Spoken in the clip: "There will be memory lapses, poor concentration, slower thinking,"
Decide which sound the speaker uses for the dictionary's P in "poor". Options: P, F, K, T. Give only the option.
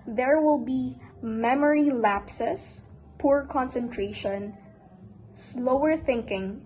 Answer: P